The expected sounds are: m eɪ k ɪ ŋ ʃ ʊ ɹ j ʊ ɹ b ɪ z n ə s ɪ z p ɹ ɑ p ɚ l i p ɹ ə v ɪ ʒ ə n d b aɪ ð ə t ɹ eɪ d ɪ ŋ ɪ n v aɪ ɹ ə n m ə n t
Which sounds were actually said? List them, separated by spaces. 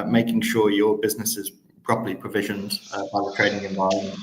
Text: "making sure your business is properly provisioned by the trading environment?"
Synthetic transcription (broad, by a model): m eɪ k ɪ ŋ ʃ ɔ j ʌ b ɪ z n ə s ɪ z p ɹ ɑ p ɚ l i p ɹ ə v ɪ ʒ ə n d b aɪ ð ə t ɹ eɪ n ɪ ŋ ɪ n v aɪ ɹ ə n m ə n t